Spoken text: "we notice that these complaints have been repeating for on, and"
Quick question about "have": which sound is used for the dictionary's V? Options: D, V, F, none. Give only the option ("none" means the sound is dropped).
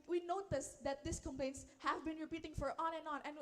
V